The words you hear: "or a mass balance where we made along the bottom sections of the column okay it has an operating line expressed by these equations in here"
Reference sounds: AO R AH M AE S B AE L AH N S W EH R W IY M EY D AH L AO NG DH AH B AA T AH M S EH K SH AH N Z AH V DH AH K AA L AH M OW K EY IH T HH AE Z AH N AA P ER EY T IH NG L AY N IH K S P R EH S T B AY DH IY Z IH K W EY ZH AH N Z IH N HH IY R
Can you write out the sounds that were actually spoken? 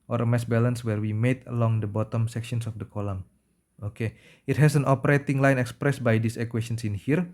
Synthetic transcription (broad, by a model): AO R AH M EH S B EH L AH N S W EH R W IY M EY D AH L AO NG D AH B AA T AH M S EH K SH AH N S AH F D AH K AA L AH M OW K EY IH T HH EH S AH N AA P ER EY T IH NG L AY N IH K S P R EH S B AY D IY S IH K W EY SH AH N S IH N HH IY R